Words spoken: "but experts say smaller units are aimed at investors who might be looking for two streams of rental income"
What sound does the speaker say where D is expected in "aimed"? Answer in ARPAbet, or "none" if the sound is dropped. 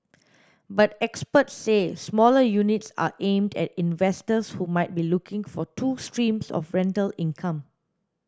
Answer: D